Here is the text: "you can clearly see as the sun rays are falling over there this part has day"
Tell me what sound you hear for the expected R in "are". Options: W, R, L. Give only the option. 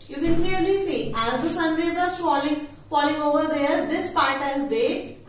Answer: L